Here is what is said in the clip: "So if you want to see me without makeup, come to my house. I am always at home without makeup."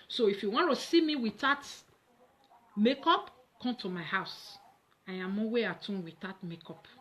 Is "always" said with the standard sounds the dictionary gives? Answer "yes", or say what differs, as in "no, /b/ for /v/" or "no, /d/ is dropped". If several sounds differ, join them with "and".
no, /l/ is dropped and /z/ is dropped